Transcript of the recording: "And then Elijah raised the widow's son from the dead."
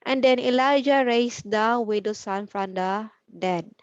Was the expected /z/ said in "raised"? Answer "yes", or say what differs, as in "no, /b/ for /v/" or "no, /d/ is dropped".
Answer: no, /s/ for /z/